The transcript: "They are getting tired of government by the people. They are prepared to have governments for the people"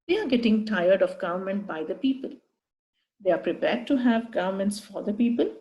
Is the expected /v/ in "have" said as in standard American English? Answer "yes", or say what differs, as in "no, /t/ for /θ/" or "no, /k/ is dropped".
yes